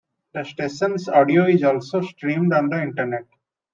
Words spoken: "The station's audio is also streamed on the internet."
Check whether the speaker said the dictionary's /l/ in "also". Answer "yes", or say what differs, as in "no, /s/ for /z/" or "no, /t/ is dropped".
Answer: yes